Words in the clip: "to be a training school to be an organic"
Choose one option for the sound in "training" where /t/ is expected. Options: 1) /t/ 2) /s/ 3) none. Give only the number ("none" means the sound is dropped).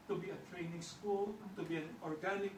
1